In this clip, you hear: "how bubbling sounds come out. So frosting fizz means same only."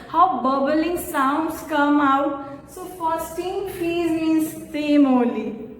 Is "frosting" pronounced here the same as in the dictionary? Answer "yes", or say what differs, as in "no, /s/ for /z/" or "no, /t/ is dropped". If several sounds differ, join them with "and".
no, /ɹ/ is dropped